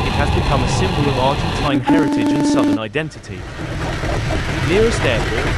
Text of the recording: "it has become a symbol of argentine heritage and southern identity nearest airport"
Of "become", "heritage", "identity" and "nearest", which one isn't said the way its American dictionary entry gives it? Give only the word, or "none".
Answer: nearest